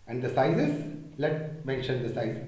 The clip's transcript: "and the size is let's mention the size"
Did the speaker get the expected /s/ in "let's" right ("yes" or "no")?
no